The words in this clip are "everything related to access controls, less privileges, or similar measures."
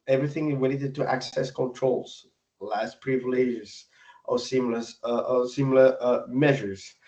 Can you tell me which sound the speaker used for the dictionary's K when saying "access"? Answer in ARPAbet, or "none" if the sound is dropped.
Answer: K